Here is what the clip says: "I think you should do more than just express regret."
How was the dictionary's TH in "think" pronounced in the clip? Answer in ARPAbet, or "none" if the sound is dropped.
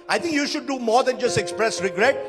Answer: T